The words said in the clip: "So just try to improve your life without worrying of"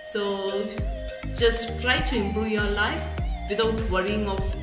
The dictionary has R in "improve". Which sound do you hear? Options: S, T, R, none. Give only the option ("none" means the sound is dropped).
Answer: none